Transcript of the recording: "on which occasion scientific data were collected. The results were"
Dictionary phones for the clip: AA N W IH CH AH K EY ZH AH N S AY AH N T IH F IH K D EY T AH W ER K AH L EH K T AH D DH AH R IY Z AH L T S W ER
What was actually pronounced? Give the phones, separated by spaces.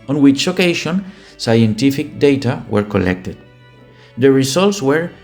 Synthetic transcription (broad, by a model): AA N W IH CH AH K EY SH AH N S AY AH N T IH F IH K D EY T AH W ER K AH L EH K T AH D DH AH R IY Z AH L T S W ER